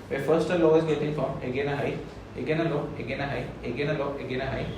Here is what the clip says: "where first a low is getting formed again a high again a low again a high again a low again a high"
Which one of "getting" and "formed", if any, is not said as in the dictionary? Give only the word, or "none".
formed